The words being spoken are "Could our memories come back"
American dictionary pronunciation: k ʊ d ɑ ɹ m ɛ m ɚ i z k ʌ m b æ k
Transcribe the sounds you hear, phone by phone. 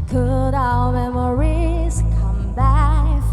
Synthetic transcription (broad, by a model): k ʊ d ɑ l m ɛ m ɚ i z k ʌ m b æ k